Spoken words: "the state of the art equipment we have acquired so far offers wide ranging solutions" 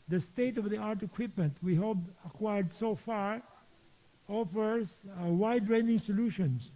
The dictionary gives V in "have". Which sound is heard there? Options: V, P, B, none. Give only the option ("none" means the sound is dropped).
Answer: B